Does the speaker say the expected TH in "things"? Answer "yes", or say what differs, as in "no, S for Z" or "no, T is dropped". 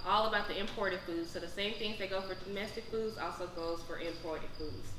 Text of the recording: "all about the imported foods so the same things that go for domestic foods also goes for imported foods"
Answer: yes